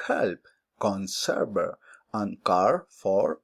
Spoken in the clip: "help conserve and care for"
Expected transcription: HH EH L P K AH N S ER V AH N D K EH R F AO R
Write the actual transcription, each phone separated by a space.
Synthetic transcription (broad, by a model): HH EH L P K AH N S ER B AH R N K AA R F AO R